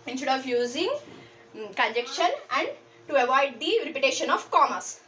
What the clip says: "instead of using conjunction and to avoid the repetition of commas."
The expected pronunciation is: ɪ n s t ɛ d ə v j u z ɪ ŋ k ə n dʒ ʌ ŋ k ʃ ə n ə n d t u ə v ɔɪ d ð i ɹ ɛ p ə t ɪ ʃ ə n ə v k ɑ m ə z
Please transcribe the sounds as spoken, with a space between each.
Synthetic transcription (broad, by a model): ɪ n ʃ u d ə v j u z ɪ ŋ k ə n dʒ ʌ k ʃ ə n ə n d t u ə v ɔɪ d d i ɹ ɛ p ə t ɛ ʃ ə n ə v k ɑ m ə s